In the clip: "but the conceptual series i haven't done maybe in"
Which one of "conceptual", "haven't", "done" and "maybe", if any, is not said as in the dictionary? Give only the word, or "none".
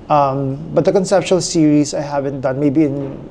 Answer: conceptual